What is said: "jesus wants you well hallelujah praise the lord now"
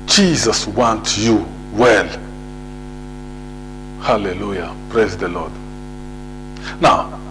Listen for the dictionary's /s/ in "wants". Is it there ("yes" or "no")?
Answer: no